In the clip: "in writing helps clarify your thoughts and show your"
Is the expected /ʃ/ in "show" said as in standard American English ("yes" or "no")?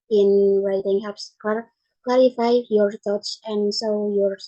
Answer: no